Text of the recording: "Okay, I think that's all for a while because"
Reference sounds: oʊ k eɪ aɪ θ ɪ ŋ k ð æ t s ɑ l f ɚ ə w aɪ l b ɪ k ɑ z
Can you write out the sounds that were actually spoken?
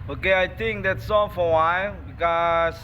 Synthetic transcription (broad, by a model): oʊ k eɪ aɪ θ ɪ ŋ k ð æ t s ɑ n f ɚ ə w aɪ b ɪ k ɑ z